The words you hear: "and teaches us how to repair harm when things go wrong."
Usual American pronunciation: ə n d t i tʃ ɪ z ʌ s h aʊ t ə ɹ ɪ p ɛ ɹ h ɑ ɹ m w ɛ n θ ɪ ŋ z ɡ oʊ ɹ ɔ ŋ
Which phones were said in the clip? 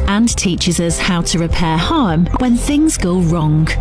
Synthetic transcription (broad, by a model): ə n t i tʃ ɪ z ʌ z h aʊ t ə ɹ ɪ p ɛ h ɑ m w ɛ n θ ɪ ŋ z ɡ oʊ ɹ ɔ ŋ